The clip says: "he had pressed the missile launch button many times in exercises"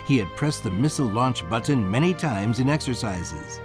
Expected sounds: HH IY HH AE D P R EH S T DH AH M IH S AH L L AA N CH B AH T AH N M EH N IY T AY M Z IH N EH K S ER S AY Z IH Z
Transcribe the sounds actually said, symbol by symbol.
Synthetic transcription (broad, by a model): HH IY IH D P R EH S DH AH M IH S L L AA N CH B AH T N M EH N IY T AY M Z IH N EH K S ER S AY Z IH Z